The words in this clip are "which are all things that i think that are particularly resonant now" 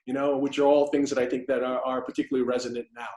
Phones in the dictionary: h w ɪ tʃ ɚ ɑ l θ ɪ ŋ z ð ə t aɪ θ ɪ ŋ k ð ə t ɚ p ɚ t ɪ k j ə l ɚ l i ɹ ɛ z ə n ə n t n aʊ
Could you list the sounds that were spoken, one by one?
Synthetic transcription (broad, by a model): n w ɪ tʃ ɚ ɑ l θ ɪ ŋ z ð ə t aɪ θ ɪ ŋ k ð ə t ɚ p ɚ t ɪ k j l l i ɹ ɛ z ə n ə n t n aʊ